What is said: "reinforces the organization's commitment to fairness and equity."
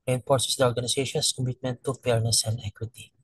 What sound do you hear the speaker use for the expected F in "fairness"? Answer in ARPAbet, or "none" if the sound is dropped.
P